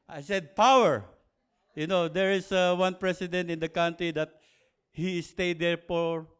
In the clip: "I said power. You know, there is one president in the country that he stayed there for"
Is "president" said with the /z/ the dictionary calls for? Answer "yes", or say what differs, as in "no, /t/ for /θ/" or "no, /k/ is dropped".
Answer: no, /s/ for /z/